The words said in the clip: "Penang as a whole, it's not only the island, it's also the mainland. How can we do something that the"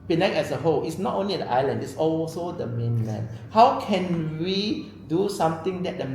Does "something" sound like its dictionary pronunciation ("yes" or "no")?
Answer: no